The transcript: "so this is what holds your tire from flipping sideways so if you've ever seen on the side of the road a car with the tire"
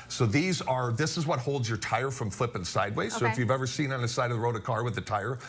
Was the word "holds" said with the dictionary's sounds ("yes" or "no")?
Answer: yes